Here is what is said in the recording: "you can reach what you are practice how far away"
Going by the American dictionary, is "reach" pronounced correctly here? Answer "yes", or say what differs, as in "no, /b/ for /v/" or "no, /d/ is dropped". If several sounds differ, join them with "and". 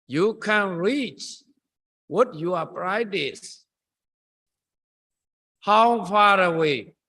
yes